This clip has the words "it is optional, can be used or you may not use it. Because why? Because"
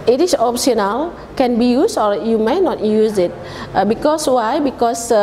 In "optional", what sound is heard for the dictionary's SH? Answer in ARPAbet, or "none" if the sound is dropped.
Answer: S